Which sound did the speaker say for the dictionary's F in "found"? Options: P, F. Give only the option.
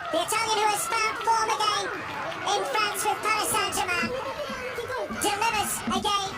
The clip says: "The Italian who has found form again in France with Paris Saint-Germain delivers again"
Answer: P